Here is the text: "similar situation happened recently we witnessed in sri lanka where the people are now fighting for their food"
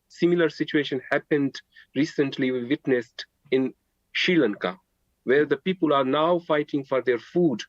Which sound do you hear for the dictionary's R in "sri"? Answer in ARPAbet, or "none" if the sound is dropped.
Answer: none